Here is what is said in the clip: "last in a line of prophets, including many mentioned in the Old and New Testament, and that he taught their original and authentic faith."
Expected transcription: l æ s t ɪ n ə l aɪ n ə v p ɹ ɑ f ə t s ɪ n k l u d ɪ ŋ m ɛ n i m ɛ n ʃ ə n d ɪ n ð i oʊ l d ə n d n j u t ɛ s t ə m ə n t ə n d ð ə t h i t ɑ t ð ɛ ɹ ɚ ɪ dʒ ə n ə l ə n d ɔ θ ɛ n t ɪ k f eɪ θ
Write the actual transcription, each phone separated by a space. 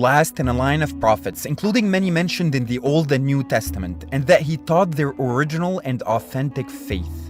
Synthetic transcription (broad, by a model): l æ s t ɪ n ə l aɪ n ə v p ɹ ɑ f ə t s ɪ n k l u d ɪ ŋ m ɛ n i m ɛ n ʃ ə n d ɪ n ð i oʊ l d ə n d n j u t ɛ s t ə m ə n t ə n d ð ə t h i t ɑ t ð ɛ ɹ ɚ ɪ dʒ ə n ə l ə n d ɔ θ ɛ n t ɪ k f eɪ θ